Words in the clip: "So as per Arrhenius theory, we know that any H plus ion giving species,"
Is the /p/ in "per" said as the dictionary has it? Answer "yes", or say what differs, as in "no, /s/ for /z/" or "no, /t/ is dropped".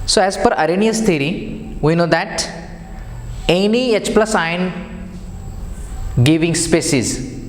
no, /f/ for /p/